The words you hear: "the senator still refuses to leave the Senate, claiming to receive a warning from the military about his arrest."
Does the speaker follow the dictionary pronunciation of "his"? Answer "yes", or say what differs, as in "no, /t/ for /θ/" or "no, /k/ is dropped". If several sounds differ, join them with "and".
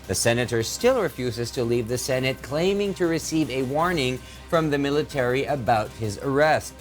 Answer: yes